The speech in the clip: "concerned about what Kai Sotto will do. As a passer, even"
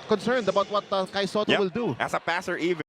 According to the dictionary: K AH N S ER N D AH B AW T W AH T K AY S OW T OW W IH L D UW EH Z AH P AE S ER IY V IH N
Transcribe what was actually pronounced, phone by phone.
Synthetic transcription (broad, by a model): K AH N S ER N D AH B AW T W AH T K AY S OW T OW W IH L D UW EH S AH P AE S ER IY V